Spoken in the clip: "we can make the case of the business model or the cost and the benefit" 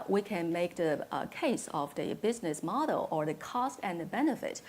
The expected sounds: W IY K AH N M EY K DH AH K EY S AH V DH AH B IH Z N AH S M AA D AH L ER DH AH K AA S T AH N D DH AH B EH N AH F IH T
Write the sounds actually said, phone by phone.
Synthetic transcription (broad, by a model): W IY K AH N M EY K DH AH K EY S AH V DH AH B IH Z N AH S M AA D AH L ER DH AH K AA S T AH N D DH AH B EH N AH F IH T